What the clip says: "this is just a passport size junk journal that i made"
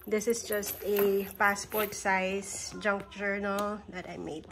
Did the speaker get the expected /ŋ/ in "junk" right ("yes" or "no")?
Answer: yes